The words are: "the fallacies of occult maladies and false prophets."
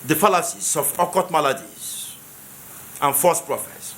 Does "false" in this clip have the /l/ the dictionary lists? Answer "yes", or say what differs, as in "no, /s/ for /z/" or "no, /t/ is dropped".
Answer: no, /l/ is dropped